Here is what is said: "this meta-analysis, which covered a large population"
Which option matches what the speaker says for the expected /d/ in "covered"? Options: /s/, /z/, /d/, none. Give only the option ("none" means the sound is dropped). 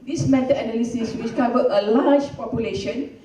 none